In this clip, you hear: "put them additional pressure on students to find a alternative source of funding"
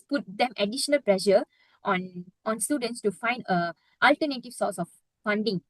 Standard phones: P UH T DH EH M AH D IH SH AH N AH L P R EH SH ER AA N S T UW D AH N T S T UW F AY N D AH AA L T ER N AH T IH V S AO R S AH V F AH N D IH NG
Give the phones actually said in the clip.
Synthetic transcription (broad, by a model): P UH T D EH M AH D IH SH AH N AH L P L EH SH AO AA N S T UW D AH N T S T UW F AY N D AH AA L T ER N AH T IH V S AO S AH F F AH N D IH NG